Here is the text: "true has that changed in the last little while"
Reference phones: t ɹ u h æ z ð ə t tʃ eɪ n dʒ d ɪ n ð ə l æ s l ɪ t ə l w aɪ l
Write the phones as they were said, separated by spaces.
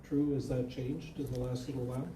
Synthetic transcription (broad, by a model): t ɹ u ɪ z ð ə t tʃ eɪ n dʒ d ɪ n ð ə l æ s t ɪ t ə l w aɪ